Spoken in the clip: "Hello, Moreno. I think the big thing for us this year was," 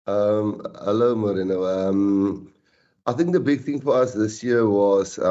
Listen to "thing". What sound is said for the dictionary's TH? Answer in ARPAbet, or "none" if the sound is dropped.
TH